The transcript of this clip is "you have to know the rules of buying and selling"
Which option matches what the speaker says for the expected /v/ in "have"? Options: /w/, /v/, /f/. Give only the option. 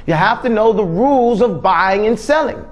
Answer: /f/